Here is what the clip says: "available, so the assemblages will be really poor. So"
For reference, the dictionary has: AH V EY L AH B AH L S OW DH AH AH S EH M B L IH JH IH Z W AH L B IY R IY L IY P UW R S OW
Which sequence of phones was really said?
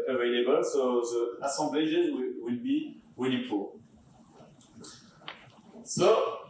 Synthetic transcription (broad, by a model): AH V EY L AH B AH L S OW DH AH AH S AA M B L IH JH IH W W AH L B IY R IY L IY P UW L S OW